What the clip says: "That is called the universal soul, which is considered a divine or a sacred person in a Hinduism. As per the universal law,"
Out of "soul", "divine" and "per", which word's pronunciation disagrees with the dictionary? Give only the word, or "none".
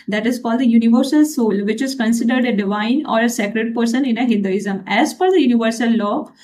per